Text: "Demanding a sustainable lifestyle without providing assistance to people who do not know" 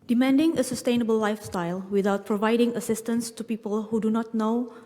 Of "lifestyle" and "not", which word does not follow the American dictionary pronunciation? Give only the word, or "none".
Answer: none